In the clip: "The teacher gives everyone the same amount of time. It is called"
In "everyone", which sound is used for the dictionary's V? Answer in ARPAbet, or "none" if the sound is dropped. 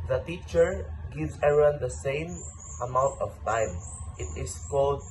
none